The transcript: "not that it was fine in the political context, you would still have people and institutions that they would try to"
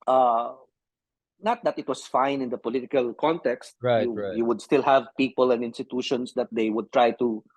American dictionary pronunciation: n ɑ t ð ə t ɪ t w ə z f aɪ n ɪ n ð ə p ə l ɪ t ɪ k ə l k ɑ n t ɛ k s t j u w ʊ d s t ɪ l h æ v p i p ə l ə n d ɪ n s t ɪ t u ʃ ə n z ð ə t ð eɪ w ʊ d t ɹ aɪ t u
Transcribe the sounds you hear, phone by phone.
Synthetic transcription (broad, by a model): n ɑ t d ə t ɪ t w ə s f aɪ n ɪ n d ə p ə l ɪ t ɪ k ə l k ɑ n t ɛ k s t j u w ʊ d s t ɪ l h æ v p i p ə l ə n d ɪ n s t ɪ t u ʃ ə n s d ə t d eɪ w ʊ d t ɹ aɪ t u